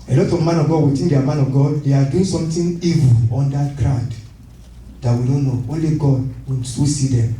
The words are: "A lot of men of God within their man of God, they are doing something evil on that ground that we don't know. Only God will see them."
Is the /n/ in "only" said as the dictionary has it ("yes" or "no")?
yes